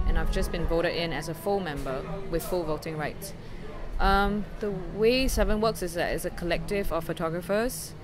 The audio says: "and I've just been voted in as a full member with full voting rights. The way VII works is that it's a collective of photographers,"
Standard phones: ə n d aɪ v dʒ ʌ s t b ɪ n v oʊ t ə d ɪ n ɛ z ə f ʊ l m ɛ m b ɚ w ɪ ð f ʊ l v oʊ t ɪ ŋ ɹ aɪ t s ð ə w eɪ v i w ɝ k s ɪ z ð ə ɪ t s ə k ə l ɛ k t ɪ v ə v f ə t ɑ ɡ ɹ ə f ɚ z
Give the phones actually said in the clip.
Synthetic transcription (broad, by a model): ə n aɪ v dʒ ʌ s b ɪ n v oʊ t ə d ɪ n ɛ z ə f ʊ l m ɛ m b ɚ w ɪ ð f ʊ l v oʊ t ɪ ŋ ɹ aɪ t s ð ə w eɪ v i w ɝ k s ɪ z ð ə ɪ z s ə k ə l ɛ k t ɪ v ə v f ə t ɑ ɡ ɹ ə f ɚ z